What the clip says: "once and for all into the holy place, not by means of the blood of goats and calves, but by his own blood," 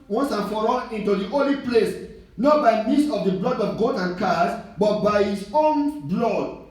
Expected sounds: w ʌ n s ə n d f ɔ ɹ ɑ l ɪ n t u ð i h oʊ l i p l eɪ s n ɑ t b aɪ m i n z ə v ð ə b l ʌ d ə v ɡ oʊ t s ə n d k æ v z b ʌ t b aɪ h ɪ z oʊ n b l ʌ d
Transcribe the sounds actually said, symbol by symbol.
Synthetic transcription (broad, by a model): w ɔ n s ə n f ɔ ɹ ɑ n ɪ n t u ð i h oʊ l i p l eɪ s n ɑ t b aɪ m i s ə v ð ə b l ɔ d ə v ɡ oʊ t ə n k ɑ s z b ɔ t b aɪ h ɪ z oʊ n b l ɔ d